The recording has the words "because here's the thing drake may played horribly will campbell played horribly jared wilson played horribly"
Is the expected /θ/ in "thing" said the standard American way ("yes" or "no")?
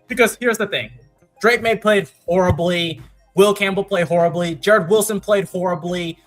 yes